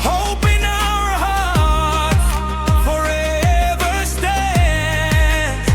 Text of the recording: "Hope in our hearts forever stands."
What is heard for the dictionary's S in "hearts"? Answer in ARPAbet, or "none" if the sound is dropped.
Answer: none